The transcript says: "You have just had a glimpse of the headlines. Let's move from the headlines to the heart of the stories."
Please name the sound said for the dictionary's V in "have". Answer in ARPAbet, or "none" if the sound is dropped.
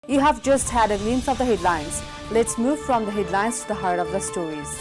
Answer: V